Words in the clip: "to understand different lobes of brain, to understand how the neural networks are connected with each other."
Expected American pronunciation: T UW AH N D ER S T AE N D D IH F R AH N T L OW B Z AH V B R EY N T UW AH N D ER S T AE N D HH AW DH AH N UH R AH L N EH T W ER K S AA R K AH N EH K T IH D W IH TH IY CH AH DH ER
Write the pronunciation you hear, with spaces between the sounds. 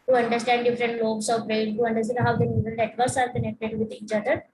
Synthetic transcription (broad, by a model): T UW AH N D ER S T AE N D D IH F R AH N T L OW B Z AH V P R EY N T UW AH N D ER S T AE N HH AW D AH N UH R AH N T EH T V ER S AA R K AH N EH K T IH D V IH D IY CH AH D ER